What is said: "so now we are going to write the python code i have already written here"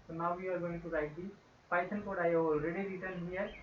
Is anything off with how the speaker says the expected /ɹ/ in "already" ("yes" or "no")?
no